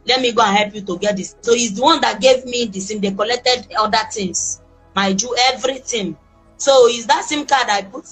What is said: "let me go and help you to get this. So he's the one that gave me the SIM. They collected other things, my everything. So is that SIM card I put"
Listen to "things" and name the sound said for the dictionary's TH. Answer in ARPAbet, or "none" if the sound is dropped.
T